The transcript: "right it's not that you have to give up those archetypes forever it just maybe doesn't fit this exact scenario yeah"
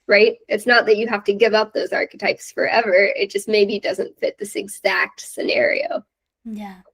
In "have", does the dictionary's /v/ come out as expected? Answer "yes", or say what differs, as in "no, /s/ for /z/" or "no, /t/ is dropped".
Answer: no, /f/ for /v/